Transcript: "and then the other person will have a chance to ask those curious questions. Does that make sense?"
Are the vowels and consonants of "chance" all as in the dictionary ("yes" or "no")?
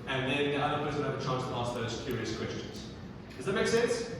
no